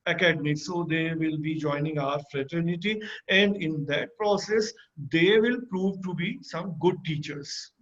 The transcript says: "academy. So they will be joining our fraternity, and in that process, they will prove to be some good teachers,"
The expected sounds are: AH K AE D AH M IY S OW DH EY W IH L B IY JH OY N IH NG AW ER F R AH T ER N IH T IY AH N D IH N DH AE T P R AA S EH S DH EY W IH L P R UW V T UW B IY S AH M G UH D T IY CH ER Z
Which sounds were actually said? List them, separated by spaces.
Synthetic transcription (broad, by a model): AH K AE D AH M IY S OW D EY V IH L B IY JH OY N IH NG AW ER F R AH T ER N IH T IY AH N D IH N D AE T P R AA S EH S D EY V IH L P R UW V T UW B IY S AH M G UH D T IY CH ER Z